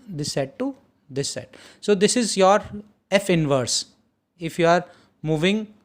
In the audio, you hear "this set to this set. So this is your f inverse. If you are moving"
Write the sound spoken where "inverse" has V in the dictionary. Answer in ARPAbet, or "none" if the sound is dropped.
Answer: V